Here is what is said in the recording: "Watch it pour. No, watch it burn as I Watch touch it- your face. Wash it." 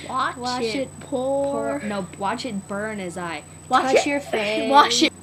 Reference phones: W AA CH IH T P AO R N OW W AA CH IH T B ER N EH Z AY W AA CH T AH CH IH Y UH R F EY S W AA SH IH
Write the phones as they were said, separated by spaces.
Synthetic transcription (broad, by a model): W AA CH IH T P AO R N OW W AA CH IH T B ER N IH Z AY W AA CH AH R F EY W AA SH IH